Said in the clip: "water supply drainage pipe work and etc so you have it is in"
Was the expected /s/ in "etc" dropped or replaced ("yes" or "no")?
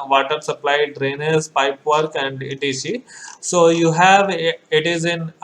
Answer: yes